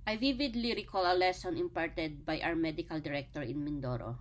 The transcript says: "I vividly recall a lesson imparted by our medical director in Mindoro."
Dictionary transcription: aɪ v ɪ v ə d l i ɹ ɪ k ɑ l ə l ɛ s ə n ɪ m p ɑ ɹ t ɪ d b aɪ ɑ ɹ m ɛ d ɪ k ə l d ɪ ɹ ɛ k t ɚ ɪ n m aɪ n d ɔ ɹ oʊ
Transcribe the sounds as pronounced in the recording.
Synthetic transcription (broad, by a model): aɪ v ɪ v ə d l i ɹ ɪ k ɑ l ə l ɛ s ə n ɪ m p ɑ ɹ t ɪ d b aɪ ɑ w m ɛ d ɪ k ə l d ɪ ɹ ɛ k t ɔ ɪ n m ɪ n d ɔ ɹ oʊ